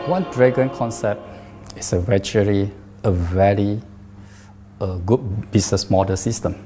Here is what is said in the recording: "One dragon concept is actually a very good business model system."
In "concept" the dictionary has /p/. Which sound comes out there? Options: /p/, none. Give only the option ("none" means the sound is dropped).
/p/